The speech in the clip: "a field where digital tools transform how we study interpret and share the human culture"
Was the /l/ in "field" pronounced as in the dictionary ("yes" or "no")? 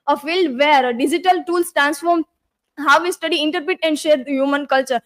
yes